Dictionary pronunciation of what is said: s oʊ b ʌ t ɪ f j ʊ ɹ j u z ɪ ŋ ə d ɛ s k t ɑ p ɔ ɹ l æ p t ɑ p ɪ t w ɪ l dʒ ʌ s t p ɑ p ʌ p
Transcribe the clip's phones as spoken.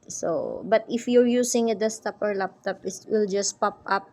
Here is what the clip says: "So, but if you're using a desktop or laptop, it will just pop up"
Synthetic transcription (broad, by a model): s oʊ b ʌ t ɪ f j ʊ ɹ j u s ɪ ŋ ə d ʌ s t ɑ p ɔ ɹ l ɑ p t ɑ p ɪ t w ɪ l dʒ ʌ s p ɑ p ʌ p